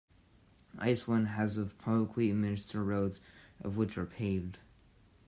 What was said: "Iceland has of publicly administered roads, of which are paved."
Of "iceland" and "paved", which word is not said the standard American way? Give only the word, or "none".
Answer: iceland